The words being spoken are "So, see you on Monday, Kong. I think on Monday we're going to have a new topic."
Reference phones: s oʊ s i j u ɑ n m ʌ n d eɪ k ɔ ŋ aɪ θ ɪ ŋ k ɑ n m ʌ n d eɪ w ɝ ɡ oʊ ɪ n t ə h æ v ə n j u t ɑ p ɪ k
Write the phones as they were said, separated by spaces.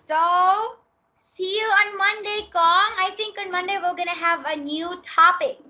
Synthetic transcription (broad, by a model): s oʊ s i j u ɑ n m ʌ n d eɪ k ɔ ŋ aɪ t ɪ ŋ k ɑ n m ʌ n d eɪ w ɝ ɡ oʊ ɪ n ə h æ v ə n j u t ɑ p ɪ k